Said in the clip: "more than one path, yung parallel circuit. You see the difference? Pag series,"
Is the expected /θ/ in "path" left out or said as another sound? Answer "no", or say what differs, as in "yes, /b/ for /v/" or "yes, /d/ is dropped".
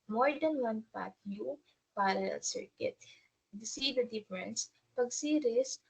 yes, /t/ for /θ/